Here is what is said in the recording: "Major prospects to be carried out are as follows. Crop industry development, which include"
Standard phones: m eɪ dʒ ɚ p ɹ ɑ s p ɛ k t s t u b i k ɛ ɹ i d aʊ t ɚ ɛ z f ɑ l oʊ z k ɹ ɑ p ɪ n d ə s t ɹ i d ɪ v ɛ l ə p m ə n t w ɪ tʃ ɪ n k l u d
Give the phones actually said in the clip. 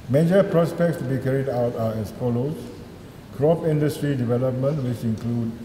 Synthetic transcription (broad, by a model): m eɪ dʒ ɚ p ɹ ɑ s p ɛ k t s t u b i k ɛ ɹ i d aʊ t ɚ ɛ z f ɑ l oʊ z k ɹ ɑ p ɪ n d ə s t ɹ i d ɪ v ɛ l ə p m ə n t w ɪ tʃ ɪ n k l u d